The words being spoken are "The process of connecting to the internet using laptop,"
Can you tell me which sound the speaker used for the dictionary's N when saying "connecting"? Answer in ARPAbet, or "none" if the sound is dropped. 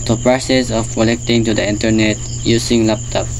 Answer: L